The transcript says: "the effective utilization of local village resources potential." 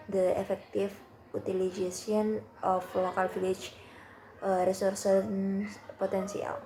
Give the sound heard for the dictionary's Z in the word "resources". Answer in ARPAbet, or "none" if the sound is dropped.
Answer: S